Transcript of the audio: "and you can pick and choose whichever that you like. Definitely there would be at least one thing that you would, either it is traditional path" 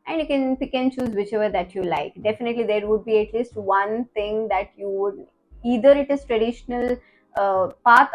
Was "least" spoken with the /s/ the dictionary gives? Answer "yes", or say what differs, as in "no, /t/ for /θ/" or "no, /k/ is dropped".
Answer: yes